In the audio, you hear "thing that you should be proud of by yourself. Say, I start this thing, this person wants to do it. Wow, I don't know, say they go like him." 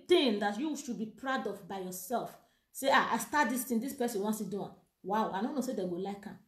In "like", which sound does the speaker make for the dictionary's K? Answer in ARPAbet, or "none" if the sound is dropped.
K